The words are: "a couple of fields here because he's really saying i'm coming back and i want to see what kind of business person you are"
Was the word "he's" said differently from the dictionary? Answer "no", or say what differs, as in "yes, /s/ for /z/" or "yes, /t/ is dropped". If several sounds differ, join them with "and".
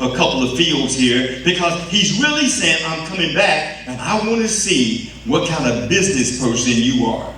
no